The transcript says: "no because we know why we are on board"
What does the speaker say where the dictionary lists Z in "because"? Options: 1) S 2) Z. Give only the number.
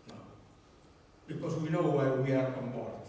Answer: 1